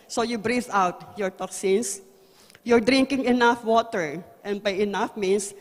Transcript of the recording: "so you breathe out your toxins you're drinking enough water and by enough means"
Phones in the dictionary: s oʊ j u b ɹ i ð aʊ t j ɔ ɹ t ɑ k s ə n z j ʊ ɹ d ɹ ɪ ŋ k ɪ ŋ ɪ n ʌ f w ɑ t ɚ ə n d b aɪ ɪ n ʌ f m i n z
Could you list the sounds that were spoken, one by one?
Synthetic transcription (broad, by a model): s oʊ j u b ɹ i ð aʊ t j ɔ ɹ t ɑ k s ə n s j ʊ ɹ d ɹ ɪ ŋ k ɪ ŋ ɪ n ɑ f w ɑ t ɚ ə n d b aɪ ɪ n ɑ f m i n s